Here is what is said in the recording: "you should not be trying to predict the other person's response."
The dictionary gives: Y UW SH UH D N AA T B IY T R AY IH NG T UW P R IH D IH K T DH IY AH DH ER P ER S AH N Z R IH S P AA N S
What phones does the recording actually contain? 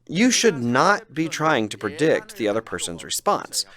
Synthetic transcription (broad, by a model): Y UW SH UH D N AA T B IY T R AY IH NG T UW P R IH D IH K T DH IY AH DH ER P ER S AH N Z R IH S P AA N S